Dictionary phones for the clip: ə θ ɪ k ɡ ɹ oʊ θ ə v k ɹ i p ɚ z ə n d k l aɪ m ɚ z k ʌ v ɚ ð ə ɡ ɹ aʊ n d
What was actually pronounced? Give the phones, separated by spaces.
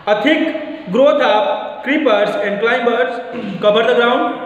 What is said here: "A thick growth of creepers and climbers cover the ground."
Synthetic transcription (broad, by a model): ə t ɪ k ɡ ɹ oʊ t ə p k ɹ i p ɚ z ə n d k l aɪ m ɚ s k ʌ b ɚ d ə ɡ ɹ aʊ n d